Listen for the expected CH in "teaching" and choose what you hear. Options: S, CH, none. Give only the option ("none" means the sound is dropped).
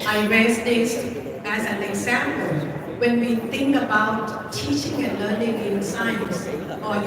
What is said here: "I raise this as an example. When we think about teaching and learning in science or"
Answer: CH